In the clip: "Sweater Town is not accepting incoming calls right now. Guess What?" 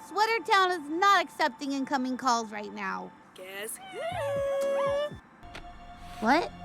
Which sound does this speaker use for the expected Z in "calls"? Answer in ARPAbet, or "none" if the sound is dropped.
Z